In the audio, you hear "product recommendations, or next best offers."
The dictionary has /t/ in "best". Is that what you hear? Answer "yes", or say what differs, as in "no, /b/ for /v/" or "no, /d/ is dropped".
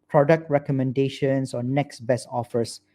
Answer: no, /t/ is dropped